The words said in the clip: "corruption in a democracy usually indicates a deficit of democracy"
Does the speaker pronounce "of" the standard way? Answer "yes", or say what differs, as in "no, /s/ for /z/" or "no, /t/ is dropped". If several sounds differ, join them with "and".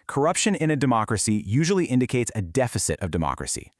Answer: yes